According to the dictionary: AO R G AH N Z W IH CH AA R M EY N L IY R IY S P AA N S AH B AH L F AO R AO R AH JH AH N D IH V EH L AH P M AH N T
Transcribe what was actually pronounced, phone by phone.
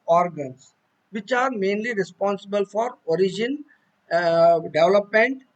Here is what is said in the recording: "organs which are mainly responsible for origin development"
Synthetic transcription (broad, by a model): AO R G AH N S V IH CH AA R M EY N L IY R IY S P AA N S AH B AH L F AO R AO R AH JH AH N D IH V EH L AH P M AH N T